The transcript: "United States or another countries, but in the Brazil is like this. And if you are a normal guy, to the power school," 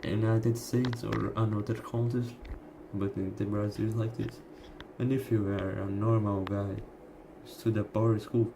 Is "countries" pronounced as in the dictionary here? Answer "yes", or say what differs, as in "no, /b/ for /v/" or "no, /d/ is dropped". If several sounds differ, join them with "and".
no, /ɹ/ is dropped